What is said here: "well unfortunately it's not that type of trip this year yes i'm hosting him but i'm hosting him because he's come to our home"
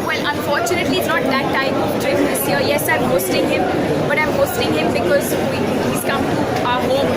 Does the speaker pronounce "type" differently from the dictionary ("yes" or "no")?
yes